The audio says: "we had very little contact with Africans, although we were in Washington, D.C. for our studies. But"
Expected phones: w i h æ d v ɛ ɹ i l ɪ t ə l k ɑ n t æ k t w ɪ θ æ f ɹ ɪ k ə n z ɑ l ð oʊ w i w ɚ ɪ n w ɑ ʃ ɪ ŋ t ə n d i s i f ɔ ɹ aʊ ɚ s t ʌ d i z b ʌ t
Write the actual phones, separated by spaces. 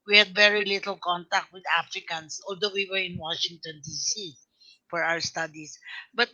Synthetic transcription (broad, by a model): w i h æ d v ɛ ɹ i l ɪ t ə l k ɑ n t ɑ k t w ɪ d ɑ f ɹ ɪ k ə n s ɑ l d oʊ w i w ɚ ɪ n w ɑ ʃ ɪ ŋ t ə n d i s i f ɔ ɹ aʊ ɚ s t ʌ d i s b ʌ t